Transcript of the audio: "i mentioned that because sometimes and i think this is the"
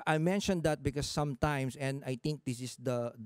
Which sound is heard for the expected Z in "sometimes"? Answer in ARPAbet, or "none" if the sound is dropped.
S